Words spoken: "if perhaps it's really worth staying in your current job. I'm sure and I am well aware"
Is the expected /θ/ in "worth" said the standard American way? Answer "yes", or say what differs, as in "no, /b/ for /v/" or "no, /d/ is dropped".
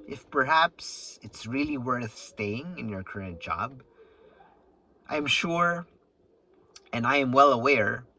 yes